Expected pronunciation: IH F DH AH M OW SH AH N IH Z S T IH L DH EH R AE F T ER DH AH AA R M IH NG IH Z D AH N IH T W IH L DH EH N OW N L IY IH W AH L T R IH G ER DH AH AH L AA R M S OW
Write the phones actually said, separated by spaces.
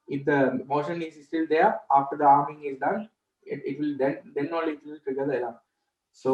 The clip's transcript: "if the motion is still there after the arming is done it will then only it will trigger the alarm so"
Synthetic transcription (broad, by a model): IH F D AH M OW SH AH N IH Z S T IH L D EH R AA F T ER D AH AA R M IH NG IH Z D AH N IH T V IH L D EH N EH N IY IH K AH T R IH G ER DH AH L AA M S OW